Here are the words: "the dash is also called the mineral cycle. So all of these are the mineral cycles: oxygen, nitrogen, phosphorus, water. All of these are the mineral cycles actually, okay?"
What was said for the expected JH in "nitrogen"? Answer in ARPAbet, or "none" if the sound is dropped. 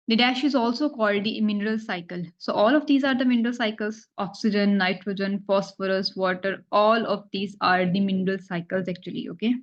JH